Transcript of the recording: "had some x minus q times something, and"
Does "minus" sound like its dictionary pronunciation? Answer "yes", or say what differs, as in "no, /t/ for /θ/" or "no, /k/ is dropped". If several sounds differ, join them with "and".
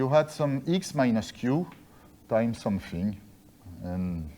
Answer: yes